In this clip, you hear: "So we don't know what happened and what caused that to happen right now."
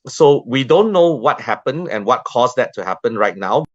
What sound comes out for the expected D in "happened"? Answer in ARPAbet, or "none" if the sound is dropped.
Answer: none